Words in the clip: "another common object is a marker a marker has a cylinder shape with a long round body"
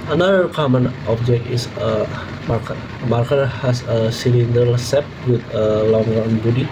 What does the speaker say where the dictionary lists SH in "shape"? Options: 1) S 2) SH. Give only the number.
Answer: 1